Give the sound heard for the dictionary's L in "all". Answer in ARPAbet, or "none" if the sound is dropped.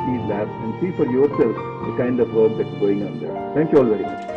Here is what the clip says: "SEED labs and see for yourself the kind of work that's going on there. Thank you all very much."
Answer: L